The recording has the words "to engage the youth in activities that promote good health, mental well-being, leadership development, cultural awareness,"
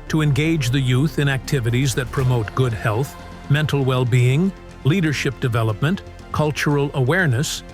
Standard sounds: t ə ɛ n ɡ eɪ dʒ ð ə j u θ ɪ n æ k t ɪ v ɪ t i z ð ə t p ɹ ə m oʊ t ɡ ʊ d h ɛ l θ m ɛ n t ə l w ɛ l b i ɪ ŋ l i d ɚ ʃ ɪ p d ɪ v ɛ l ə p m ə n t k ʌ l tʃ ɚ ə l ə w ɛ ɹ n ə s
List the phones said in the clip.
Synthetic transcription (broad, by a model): t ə ɛ n ɡ eɪ dʒ ð ə j u θ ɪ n æ k t ɪ v ɪ t i z ð ə t p ɹ ə m oʊ t ɡ ʊ d h ɛ l θ m ɛ n t l w ɛ l b i ɪ ŋ l i d ɚ ʃ ɪ p d ɪ v ɛ l ə p m ə n t k ʌ l tʃ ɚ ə l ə w ɛ ɹ n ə s